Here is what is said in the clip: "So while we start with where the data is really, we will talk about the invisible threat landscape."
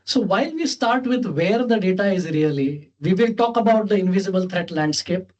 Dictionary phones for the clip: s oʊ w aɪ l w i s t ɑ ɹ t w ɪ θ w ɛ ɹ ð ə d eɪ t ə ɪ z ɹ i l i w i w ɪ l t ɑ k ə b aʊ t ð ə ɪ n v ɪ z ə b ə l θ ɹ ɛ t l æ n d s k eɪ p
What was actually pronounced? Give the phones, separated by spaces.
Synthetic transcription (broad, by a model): s oʊ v aɪ l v i s t ɑ ɹ t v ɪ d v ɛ ɹ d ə d eɪ t ə ɪ z ɹ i l i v i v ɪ l t ɑ k ə b aʊ t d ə ɪ n v ɪ z ə b ə l t ɹ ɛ t l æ n d s k eɪ p